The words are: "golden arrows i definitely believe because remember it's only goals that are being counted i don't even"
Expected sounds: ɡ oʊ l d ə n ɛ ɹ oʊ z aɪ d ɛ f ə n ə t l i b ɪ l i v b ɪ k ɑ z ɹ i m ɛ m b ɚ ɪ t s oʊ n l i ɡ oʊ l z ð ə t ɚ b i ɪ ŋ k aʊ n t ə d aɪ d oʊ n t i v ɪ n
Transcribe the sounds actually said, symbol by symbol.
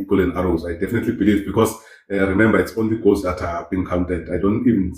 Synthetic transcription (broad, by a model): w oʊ l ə n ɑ ɹ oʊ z aɪ d ɛ f ə n ə t l i b ɪ l i v b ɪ k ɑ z ɹ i m ɛ m b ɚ ɪ t s oʊ n l i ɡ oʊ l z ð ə t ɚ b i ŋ k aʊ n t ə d aɪ d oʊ n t i v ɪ n